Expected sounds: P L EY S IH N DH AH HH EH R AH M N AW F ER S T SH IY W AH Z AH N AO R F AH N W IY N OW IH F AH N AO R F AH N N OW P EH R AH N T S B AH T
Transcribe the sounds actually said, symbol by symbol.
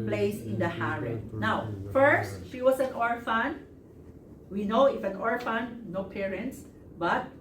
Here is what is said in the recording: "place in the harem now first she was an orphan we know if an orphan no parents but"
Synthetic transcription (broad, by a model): P L EY S IH N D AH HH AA R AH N N AW F ER S T SH IY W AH S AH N AO R F AH N W IY N OW IH F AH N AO R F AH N N OW P EH R AH N T S B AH T